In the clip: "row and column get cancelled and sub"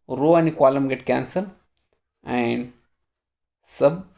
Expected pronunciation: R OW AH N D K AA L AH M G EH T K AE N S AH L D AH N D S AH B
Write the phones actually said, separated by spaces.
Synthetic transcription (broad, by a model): R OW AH N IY K AA L AH M G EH T K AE N S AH L AH N D S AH B